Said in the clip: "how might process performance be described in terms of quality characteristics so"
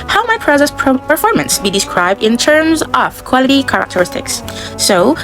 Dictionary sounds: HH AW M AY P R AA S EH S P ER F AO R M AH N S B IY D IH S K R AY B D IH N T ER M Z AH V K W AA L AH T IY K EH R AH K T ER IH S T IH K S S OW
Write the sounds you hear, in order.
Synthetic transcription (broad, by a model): HH AW M AY P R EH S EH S P ER F AO R M AH N S B IY D IH S K R AY B D IH N T ER M Z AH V K W AA L AH T IY K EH R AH K T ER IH S T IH K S S OW